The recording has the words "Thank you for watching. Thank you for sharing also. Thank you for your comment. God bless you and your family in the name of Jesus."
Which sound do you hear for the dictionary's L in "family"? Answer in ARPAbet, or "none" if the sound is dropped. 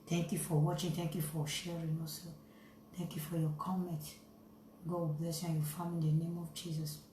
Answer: none